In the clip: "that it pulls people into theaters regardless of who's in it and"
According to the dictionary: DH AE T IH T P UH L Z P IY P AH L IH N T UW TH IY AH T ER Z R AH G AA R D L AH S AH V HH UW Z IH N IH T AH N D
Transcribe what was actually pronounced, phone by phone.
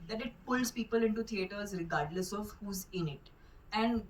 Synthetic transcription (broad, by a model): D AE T IH T P UH L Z P IY P AH L IH N T UW T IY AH T ER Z R AH G AA R D L AH S AH V HH UW Z IH N IH T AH N D